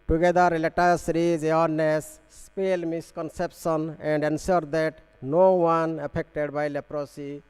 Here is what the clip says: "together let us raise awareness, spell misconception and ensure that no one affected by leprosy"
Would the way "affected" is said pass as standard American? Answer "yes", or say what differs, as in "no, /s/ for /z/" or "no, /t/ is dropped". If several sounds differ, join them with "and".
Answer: no, /p/ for /f/